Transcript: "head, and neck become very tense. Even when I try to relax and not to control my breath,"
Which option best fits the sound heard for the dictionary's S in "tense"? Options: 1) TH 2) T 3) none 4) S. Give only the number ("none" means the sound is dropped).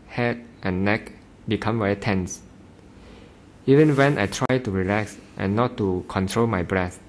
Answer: 4